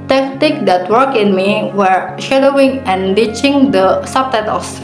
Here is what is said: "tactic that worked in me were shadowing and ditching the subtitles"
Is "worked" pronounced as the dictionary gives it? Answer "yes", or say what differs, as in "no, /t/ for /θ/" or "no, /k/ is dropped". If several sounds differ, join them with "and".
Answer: no, /t/ is dropped